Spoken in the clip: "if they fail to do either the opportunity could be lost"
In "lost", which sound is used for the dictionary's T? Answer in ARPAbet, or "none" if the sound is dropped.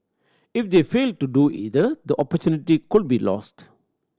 T